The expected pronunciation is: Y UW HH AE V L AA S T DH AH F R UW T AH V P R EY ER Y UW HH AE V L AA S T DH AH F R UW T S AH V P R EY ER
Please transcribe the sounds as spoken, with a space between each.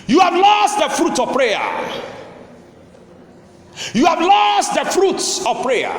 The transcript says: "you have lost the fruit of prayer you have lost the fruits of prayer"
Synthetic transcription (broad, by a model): Y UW HH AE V L AA S T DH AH F R UW T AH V P R EY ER Y UW HH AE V L AA S T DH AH F R UW T S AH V P R EY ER